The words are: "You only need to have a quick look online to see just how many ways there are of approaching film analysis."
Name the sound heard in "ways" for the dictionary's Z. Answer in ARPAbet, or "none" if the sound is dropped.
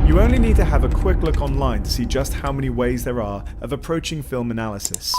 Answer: Z